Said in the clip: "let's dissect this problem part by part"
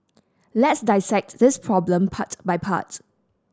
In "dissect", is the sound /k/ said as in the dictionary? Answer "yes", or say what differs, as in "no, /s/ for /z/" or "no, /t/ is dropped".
yes